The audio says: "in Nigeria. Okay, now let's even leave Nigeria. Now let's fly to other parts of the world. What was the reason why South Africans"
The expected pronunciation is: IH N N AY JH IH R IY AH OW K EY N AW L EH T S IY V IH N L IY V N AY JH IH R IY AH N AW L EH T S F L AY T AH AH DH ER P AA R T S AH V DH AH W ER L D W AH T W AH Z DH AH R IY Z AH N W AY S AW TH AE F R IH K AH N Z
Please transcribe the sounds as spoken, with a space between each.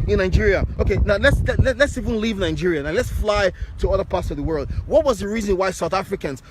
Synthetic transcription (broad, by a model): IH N N AY JH IH R IY AH OW K EY N AW L EH T S IY V IH N L IY V N AY JH IH R IY AH N AW L EH T S F L AY T AH AH DH ER P AA R T S AH V DH AH W ER L D W AH T W AH Z DH AH R IY Z AH N W AY S AW TH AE F R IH K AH N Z